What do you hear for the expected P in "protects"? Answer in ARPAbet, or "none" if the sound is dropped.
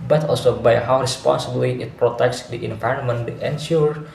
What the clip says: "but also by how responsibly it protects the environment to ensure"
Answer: P